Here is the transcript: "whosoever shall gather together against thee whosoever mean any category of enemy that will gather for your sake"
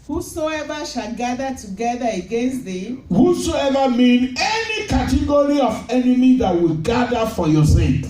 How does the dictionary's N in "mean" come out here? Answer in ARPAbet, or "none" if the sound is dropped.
N